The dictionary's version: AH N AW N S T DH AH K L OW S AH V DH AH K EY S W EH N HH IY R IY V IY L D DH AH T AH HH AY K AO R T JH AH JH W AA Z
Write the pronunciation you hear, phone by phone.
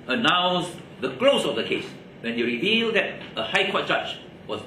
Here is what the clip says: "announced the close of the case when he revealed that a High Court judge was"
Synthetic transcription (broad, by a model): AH N AW N S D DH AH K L OW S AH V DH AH K EY S W EH N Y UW R IY V IY L D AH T AH HH AY K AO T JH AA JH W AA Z